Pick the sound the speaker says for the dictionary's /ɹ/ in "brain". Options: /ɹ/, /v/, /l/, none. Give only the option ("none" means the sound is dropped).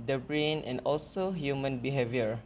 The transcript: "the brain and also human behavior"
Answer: /ɹ/